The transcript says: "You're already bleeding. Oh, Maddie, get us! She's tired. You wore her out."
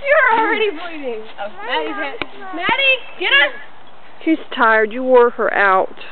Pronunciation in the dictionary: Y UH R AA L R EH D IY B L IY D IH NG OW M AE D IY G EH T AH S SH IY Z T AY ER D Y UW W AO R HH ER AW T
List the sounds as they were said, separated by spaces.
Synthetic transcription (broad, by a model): Y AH R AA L R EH D IY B IY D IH NG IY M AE D IY G EH T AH SH IY Z T AY ER D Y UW W AO R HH ER AW T